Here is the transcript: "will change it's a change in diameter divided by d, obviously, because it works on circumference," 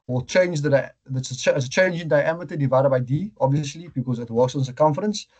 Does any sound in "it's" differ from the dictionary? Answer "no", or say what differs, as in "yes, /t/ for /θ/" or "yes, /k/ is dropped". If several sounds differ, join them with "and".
yes, /s/ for /t/